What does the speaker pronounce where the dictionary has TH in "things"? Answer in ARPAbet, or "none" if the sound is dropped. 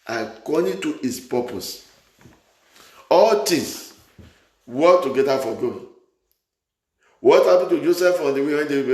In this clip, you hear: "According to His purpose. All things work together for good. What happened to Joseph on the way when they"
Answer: T